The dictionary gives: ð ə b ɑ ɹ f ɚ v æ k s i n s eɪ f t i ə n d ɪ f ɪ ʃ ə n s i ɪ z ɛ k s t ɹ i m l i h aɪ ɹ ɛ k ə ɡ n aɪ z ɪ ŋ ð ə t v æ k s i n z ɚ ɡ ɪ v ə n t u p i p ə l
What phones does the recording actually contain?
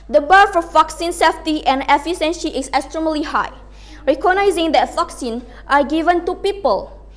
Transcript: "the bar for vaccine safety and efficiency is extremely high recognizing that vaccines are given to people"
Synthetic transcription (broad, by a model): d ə b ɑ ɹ f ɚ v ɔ k s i n s eɪ f t i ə n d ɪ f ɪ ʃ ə n ʃ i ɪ s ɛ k s t ɹ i m l i h aɪ ɹ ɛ k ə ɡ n aɪ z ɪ ŋ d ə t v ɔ k s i n ɑ ɡ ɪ v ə n t u p i p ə l